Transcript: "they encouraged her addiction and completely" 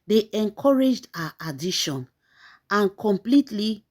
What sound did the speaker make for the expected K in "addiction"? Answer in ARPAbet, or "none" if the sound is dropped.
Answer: none